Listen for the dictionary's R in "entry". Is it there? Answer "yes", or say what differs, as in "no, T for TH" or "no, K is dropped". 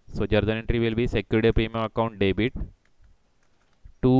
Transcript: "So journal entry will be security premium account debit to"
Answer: yes